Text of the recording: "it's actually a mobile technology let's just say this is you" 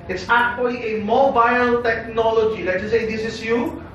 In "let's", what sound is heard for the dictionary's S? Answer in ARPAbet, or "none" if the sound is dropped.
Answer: none